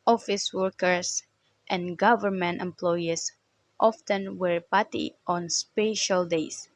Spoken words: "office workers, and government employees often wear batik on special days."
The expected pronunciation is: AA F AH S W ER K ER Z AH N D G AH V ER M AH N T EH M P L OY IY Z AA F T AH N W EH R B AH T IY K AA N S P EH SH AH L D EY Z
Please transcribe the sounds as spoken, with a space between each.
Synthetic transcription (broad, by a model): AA F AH S W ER K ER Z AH N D G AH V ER M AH N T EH M P L OY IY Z AA F T AH N W EH R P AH T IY AA N S P EH SH AH L D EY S